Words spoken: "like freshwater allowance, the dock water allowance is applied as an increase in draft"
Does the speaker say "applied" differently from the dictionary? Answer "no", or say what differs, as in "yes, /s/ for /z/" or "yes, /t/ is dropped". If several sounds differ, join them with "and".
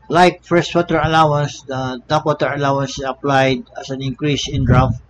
no